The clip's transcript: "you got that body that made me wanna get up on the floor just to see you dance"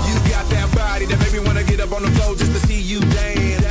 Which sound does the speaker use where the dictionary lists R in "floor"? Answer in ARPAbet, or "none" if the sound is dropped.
L